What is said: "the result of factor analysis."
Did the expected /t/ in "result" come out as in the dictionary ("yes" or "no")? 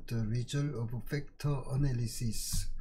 no